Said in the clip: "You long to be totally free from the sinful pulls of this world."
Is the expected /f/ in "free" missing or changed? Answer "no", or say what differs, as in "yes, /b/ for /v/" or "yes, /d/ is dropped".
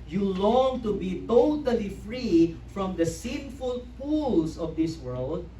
no